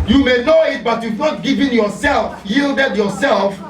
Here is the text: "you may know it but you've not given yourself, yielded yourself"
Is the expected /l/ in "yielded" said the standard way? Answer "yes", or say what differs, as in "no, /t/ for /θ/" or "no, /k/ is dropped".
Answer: yes